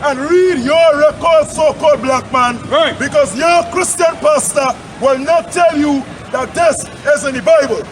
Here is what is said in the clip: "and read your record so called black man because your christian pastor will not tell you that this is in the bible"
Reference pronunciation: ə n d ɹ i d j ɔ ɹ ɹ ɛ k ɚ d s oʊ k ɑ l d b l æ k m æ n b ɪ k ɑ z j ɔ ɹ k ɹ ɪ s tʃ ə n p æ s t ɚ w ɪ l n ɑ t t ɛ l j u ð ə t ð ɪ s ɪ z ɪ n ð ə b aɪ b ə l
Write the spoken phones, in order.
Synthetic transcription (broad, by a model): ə n ɹ i d j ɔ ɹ ɹ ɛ k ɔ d s oʊ k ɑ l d b l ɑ k m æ n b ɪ k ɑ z j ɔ k ɹ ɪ s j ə n p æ s t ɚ w ɪ l n ɑ t t ɛ l j u ð ə t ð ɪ s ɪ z ɪ n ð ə b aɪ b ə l